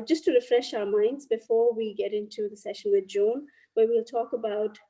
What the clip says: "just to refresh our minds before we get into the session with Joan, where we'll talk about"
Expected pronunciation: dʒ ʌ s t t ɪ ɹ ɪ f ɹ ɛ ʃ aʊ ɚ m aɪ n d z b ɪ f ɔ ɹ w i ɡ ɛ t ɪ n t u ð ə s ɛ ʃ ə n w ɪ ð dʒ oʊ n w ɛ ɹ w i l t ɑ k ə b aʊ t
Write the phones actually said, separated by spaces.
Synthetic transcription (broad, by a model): dʒ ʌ s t t ɪ ɹ ɪ f ɹ ɛ ʃ aʊ ɚ m aɪ n d z b ɪ f ɔ ɹ w i ɡ ɛ t ɪ n t u ð ə s ɛ ʃ ə n w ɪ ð dʒ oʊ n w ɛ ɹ w i l t ɑ k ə b aʊ t